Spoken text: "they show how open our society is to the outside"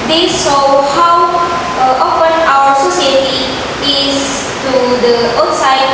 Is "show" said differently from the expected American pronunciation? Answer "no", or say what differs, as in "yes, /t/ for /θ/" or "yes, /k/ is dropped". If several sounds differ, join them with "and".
yes, /s/ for /ʃ/